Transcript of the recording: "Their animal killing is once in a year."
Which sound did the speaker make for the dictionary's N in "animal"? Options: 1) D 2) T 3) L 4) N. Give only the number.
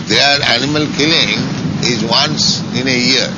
4